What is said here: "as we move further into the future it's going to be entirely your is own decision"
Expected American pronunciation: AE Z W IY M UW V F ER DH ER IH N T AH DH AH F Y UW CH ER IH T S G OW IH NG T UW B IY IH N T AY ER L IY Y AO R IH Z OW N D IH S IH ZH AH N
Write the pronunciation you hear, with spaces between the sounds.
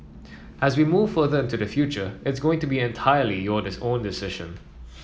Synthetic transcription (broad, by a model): AE Z W IY M UW V F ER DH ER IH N T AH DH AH F Y UW CH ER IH T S G OW IH NG T UW B IY IH N T AY ER L IY Y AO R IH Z OW N D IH S IH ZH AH N